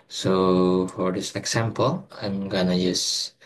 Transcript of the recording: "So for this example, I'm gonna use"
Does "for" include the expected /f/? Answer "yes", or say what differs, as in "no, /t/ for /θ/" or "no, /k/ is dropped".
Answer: yes